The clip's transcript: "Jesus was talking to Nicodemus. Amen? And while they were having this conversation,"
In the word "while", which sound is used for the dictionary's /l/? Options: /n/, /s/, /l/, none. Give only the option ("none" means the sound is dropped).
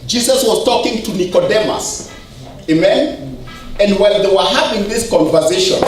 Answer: /n/